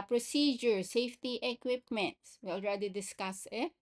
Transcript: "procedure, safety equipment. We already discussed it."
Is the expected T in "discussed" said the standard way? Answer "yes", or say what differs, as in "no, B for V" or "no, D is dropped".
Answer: no, T is dropped